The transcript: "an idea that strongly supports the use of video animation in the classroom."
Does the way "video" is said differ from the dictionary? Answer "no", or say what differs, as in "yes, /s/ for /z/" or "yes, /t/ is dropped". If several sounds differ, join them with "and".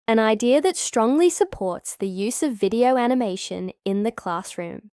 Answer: no